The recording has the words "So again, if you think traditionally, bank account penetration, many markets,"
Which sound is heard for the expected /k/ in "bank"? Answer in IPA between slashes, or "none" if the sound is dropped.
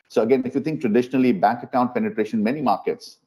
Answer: /k/